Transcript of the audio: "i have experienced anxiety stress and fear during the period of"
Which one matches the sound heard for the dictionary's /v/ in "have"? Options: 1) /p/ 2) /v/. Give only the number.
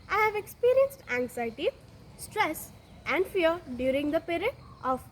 2